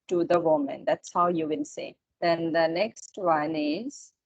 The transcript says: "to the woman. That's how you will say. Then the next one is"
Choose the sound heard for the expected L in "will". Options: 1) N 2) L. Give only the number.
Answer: 1